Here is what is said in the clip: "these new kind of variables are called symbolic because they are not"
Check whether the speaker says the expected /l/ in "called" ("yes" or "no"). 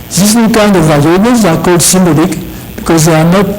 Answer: no